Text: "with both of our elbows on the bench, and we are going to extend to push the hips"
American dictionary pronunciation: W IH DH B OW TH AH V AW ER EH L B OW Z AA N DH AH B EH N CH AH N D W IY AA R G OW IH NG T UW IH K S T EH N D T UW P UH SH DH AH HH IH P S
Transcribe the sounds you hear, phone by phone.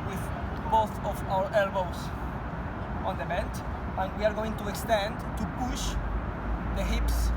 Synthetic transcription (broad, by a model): W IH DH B OW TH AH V AW ER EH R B OW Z AA N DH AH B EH N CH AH N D W IY AA R G OW IH NG T UW IH K S T EH N D T UW P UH SH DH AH HH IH P S